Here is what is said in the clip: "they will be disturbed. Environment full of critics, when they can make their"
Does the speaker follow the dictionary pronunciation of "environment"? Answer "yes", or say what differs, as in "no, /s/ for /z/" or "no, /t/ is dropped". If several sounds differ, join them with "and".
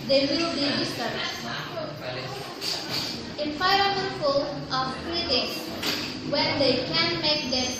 no, /f/ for /v/